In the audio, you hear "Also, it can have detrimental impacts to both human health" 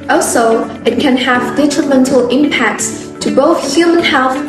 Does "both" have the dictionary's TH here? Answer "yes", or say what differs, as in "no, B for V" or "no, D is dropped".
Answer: yes